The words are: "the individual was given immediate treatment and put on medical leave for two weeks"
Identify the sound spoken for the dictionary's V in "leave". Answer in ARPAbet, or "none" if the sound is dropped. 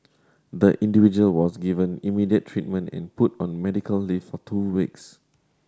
F